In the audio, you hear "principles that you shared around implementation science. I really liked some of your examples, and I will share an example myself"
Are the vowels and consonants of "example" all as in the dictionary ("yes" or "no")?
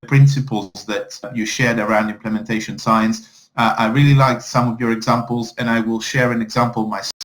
yes